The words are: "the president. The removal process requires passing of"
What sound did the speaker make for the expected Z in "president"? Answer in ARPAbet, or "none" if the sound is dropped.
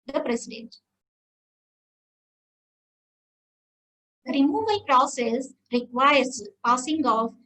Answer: S